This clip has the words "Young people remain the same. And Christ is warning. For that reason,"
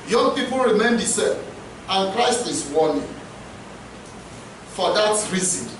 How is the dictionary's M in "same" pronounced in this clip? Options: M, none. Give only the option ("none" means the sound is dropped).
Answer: none